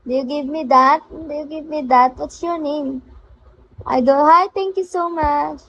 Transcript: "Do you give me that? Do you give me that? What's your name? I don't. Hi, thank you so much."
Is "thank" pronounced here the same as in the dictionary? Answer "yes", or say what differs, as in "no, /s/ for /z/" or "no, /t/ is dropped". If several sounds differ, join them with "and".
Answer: no, /t/ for /θ/